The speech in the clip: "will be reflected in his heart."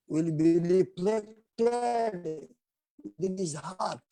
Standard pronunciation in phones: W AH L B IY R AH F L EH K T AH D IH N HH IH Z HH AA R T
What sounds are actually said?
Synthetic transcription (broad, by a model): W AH L B IY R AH P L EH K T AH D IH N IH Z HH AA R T